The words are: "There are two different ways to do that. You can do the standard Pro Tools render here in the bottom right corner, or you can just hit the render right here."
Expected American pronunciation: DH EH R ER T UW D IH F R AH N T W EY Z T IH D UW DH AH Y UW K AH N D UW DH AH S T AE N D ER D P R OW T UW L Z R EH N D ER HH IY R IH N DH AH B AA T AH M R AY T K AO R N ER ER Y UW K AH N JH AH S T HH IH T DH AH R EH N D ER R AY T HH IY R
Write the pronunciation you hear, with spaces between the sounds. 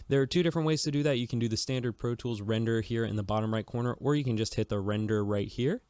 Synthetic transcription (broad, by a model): DH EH R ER T UW D IH F R AH N T W EY Z T IH D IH DH AH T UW K N D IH DH AH S T AE N D ER D P R OW T UW L Z R EH N D ER HH IY R IH N DH AH B AA T AH M R AY T K AO R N ER ER Y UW K AH N JH AH S T HH IH T DH AH R EH N D ER R AY T HH IY R